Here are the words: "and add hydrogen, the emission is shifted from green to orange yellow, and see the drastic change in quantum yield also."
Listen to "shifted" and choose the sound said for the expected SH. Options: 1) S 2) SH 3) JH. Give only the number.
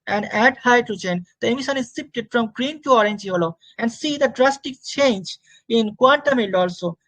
1